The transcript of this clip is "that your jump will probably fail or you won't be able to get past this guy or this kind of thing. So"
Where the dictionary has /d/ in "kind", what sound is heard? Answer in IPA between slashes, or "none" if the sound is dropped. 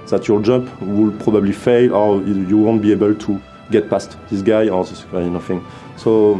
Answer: none